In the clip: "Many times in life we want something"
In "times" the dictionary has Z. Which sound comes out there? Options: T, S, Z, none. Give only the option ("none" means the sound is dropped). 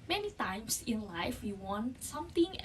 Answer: S